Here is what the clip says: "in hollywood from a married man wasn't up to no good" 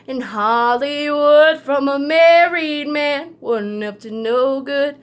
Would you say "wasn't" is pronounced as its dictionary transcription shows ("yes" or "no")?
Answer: no